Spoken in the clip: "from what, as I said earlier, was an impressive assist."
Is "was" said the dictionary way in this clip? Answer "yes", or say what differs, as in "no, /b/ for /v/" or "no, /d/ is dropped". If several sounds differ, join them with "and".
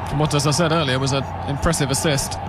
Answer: yes